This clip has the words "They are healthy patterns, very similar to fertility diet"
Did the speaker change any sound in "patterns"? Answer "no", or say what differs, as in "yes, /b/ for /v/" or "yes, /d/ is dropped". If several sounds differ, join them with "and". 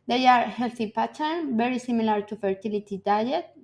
yes, /z/ is dropped